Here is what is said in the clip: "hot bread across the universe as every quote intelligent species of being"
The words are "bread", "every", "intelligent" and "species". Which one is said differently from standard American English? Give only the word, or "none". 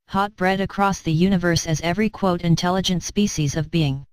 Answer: none